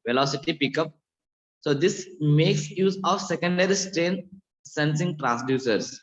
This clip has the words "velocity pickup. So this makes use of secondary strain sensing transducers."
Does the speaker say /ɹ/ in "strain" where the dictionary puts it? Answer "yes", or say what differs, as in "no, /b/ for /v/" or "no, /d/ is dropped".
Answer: yes